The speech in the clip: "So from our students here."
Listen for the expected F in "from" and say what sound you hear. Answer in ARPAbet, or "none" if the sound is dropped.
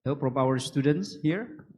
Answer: P